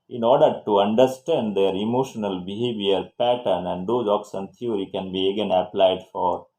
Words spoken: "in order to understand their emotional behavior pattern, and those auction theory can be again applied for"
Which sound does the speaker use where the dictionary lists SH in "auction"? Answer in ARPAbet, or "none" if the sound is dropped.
S